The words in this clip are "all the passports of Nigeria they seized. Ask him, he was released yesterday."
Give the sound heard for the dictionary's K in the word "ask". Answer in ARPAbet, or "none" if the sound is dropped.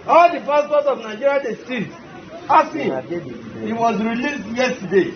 none